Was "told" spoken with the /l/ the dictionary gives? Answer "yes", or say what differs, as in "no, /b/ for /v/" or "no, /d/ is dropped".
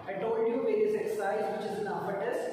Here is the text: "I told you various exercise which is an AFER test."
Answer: no, /l/ is dropped